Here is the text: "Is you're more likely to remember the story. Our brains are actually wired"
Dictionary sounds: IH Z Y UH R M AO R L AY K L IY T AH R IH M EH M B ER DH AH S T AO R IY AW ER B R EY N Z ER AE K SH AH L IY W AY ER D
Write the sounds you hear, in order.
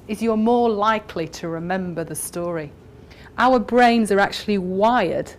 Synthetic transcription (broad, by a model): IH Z Y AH M AO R L AY K L IY T AH R IH M EH M B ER DH AH S T AO R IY AW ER B R EY N Z ER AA K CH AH L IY W AY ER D